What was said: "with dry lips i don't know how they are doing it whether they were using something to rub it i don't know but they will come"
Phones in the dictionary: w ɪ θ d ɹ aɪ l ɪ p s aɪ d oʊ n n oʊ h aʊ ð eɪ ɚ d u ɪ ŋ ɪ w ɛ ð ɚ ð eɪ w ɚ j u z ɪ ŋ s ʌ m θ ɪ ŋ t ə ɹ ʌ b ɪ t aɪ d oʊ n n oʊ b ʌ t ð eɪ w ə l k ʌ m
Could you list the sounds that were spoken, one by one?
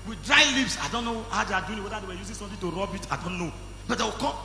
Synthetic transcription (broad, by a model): w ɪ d ɹ aɪ l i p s aɪ d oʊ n n oʊ h aʊ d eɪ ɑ d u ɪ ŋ w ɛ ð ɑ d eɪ w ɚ j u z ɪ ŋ s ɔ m t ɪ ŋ t ə ɹ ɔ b ɪ t aɪ d oʊ n n oʊ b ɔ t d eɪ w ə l k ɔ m